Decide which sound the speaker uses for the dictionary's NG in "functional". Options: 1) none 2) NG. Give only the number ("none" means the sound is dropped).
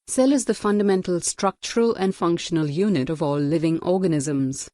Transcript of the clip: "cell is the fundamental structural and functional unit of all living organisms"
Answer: 2